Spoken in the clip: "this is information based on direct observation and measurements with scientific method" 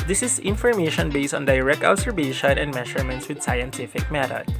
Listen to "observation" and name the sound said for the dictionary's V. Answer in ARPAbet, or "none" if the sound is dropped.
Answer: B